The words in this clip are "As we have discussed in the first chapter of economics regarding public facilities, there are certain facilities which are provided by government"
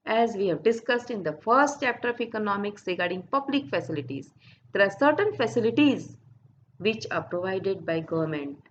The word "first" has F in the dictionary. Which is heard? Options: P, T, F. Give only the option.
F